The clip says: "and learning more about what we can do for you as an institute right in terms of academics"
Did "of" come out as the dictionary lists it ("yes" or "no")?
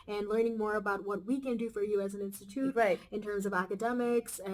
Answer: yes